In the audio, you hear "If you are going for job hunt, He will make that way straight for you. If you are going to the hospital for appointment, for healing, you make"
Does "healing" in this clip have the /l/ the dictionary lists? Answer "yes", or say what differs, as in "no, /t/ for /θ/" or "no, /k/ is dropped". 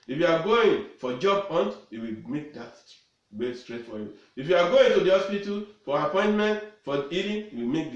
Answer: no, /n/ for /l/